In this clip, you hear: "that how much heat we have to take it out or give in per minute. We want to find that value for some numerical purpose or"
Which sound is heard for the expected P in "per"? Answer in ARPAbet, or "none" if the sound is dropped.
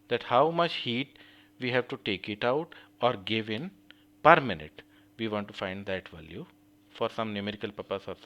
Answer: P